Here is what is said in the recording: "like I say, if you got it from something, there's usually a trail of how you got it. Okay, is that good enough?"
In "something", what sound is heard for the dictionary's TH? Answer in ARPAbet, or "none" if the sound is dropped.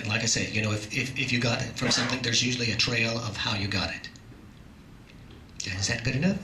TH